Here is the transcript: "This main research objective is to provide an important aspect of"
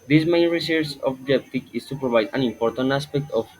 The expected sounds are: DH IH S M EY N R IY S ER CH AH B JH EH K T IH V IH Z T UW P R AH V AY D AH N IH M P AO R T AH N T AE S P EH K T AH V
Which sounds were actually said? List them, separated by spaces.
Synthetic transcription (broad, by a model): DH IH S M EY N R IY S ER S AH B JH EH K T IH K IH S T UW P R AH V AY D AH N IH M P AO R T AH N T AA S P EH K T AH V